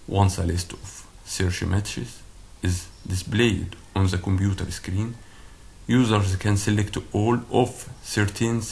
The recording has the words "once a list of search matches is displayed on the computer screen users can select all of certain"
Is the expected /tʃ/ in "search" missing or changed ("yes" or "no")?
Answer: yes